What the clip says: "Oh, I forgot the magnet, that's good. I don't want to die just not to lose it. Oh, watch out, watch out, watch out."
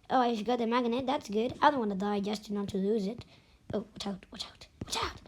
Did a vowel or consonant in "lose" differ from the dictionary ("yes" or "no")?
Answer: no